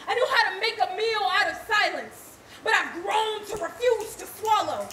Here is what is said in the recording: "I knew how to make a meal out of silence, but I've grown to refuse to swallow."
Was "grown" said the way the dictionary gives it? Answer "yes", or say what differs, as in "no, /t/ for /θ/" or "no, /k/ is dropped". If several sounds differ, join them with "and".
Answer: yes